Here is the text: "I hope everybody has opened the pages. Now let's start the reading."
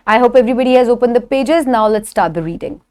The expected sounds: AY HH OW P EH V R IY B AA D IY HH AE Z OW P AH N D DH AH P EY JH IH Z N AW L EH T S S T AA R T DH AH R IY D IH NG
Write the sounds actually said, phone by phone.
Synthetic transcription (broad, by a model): AY HH OW P EH V R IY B AA D IY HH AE Z OW P AH N D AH P EY JH IH Z N AW L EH T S S T AA R T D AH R IY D IH NG